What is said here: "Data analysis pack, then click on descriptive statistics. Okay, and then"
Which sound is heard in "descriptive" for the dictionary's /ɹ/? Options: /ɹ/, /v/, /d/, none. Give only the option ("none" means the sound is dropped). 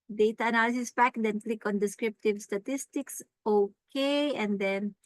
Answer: /ɹ/